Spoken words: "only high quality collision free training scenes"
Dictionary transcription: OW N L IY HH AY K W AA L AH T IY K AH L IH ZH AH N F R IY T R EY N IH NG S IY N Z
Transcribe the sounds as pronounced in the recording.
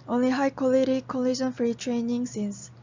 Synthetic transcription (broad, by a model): OW N L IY HH AY K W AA L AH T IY K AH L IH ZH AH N F R IY T R EY N IH NG S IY N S